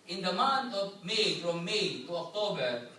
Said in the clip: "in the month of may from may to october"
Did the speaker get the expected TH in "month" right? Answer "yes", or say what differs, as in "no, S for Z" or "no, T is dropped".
no, T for TH